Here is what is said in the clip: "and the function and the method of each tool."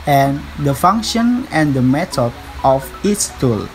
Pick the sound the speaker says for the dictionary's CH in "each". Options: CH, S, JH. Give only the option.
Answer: S